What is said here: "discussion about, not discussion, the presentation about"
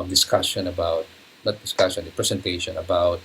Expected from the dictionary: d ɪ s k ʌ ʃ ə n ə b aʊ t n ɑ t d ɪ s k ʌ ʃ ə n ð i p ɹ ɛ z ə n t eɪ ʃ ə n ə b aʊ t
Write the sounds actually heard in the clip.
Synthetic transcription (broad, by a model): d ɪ s k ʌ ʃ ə n ə b aʊ t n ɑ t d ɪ s k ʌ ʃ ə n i p ɹ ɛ s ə n t eɪ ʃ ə n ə b aʊ t